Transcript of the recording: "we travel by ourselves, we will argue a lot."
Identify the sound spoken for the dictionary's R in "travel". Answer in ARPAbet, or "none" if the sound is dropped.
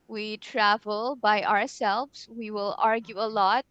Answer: R